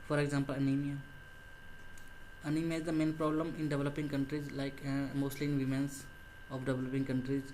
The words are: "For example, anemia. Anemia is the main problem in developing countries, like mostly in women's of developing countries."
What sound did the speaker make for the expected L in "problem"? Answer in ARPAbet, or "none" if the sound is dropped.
L